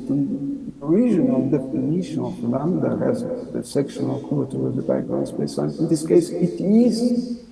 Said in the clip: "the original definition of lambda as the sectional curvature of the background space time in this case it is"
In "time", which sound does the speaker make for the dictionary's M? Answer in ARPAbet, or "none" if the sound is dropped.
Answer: none